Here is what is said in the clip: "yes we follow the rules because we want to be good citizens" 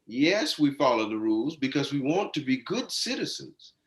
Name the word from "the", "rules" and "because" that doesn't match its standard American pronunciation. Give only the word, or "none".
none